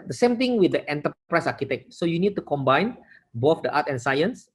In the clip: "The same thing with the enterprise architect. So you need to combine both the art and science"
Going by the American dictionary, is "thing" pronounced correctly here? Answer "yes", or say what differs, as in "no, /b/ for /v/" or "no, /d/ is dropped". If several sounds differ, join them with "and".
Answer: no, /t/ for /θ/